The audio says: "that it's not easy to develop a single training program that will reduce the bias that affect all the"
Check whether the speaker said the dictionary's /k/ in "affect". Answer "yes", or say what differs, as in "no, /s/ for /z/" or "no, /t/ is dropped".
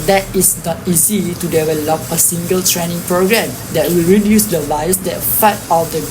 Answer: no, /k/ is dropped